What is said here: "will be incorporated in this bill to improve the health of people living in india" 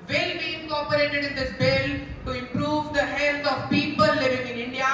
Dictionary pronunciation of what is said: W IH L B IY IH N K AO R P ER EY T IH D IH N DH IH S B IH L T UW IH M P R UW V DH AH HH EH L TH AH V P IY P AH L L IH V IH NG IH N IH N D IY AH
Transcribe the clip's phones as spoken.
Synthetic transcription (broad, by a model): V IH L B IY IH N K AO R P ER EY T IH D IH N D IH S B IH L T UW IH M P R UW V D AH HH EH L T AH V P IY P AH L L IH V IH NG IH N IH N D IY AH